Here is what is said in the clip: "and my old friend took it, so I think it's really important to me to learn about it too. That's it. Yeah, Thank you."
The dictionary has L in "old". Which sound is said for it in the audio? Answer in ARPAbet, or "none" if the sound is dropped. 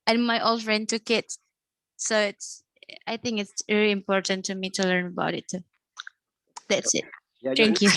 L